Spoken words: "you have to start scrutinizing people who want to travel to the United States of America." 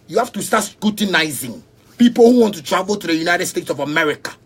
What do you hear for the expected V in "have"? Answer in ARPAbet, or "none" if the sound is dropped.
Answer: F